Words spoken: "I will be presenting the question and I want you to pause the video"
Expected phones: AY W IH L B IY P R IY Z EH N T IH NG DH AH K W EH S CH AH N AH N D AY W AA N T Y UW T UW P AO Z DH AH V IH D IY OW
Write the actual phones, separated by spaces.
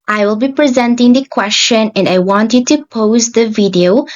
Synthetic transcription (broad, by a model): AY W IH L B IY P R IY Z EH N T IH NG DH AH K W EH S CH AH N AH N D AY W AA N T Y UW T UW P AO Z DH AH V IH D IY OW